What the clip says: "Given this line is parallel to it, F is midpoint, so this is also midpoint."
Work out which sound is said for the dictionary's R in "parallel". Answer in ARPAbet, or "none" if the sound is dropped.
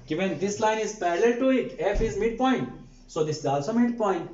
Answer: L